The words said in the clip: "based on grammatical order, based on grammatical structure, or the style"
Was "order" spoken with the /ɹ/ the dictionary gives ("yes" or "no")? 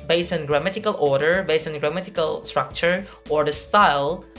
yes